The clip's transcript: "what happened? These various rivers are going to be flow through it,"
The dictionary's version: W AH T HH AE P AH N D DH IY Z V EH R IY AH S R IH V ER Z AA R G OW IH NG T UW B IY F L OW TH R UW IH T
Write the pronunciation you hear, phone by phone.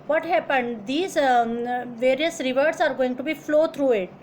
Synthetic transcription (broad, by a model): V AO T HH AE P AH N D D IY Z V EH R IY AH S R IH V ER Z AA R G OW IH NG T UW B IY F L OW T R UW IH T